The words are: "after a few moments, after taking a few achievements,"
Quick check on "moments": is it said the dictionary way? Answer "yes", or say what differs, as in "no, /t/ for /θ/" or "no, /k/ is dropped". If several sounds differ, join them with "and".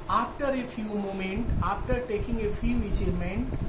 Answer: no, /s/ is dropped